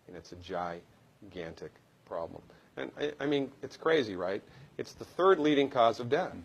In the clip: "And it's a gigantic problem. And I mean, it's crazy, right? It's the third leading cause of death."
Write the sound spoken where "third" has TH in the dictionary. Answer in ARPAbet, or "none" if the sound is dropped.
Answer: TH